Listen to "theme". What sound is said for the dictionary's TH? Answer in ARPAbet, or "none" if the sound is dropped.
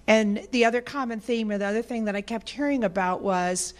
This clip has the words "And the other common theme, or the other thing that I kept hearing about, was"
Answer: TH